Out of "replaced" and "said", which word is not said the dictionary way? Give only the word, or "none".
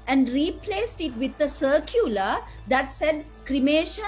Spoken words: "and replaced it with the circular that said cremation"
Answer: none